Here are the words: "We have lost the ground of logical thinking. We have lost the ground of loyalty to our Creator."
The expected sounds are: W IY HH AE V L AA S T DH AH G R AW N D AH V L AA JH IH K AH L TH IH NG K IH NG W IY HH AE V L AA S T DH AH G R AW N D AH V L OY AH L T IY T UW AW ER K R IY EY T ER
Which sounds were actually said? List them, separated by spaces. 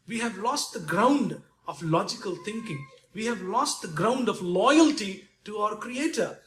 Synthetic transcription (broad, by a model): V IY HH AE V L AA S T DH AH G R AW N D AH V L AA JH IH K AH L T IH NG K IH NG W IY HH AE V L AA S T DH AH G R AW N D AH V L OY AH L T IY T UW AW ER K R IY EY T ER